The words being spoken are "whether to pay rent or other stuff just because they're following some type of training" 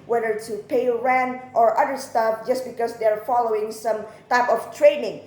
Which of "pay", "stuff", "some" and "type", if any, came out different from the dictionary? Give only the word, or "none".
none